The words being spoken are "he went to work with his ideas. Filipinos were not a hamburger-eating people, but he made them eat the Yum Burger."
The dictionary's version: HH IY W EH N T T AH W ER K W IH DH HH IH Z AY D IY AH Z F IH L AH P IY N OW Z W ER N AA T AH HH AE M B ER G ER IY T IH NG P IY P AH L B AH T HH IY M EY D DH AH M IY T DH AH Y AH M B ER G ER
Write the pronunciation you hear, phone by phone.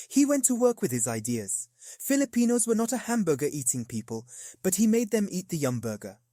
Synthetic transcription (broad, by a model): HH IY W EH N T T AH W ER K W IH DH IH Z AY D IY AH Z F IH L AH P IY N OW Z W ER N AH T AH HH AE M B ER G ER IY T IH NG P IY P AH L B AH T HH IY M EY D DH AH M IY T DH AH Y AH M B ER G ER